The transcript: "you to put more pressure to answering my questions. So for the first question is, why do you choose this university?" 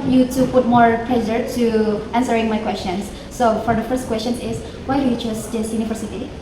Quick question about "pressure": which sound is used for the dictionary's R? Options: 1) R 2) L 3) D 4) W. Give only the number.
2